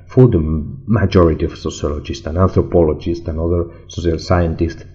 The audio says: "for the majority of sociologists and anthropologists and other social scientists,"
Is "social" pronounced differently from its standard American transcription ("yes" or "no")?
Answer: yes